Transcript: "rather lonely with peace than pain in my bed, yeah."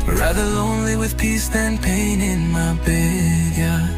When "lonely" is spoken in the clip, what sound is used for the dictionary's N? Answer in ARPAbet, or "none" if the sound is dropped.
N